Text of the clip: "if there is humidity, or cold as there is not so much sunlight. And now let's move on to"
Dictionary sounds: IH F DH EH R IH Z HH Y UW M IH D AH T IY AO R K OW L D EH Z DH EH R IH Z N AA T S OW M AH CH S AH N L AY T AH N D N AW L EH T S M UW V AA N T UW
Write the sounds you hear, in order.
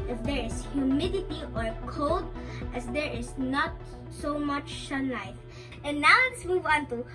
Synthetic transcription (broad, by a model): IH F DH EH R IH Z HH Y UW M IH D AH T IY AO R K OW L D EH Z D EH R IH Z N AA T S OW M AH CH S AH N L AY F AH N N AW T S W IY W AA N T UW